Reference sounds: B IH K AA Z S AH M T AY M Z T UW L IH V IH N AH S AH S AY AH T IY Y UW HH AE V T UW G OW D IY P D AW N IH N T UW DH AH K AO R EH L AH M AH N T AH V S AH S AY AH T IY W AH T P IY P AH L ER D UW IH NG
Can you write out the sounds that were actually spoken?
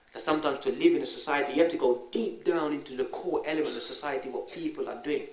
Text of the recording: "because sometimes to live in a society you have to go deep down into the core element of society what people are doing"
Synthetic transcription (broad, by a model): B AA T S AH M T AY M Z T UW L IH V IH N AH S AH S AY AH T IY Y UW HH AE F T UW G OW D IY P D AW N IH N T UW DH AH K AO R EH L AH M AH N T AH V S AH S AY AH T IY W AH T P IY P AH L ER D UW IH NG